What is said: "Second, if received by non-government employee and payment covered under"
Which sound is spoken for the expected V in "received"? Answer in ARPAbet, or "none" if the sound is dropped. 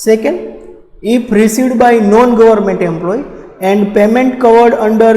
none